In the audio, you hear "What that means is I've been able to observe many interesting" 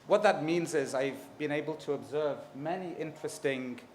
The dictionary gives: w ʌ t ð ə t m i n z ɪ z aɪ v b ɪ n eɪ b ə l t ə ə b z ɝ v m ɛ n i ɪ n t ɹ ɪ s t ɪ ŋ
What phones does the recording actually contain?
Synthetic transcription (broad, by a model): w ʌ t ð ə t m i n z ɪ z aɪ v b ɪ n eɪ b ə l t ə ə b z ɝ v m ɛ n i ɪ n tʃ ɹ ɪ s t ɪ ŋ